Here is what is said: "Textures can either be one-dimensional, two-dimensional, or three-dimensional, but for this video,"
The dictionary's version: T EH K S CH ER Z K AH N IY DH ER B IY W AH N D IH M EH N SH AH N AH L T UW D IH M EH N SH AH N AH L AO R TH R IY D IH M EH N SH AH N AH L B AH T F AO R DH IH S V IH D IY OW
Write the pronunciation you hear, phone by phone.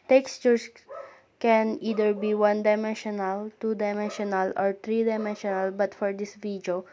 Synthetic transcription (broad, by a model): T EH K S CH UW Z K AH N IY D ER B IY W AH N D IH M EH N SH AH N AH L T UW D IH M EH N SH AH N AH L AO R T R IY D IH M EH N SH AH N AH L B AH T F AO R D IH S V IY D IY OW